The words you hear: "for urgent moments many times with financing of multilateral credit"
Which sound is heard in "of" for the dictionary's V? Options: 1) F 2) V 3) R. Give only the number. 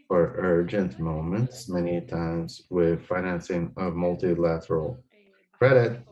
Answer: 2